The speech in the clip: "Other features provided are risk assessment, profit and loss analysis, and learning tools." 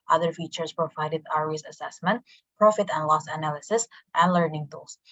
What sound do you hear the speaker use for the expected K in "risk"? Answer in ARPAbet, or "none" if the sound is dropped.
none